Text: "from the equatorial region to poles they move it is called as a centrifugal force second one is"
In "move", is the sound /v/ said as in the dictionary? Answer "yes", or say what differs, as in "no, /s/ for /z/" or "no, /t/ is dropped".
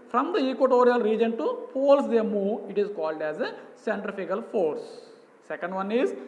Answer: no, /v/ is dropped